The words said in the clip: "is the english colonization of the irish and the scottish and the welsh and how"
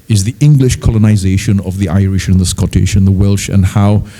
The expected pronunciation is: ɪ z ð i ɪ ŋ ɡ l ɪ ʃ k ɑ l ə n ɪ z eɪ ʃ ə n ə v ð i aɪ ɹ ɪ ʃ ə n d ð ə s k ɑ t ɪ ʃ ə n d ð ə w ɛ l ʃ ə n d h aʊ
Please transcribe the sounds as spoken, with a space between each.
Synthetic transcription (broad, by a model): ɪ z ð i ɪ ŋ ɡ l ɪ ʃ k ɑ l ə n ɪ z eɪ ʃ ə n ə v ð i aɪ ɹ ɪ ʃ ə n ð ə s k ɑ t ɪ ʃ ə n ð ə w ɛ l ʃ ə n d h aʊ